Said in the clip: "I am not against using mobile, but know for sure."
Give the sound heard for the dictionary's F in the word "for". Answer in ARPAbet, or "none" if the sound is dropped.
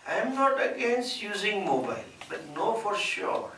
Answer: F